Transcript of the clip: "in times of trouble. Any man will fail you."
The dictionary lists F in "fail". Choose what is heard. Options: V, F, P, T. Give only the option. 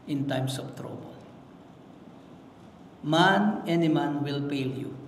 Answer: P